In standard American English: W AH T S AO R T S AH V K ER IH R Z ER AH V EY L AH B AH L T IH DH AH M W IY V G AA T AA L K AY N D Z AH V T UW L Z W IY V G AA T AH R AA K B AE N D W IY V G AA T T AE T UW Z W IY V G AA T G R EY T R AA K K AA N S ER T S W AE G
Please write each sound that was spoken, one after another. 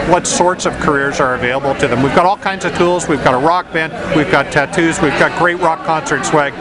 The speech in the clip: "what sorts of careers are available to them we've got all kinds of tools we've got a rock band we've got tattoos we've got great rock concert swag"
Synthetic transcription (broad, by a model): W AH T S AO R T S AH V K ER IH R Z ER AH V EY L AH B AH L T IH DH AH M W IY V G AA T AA L K AY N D Z AH V T UW L Z W IY V G AA T AH R AA K B AE N D W IY V G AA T T AE T UW Z W IY V G AA T G R EY T R AA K K AA N S ER T S W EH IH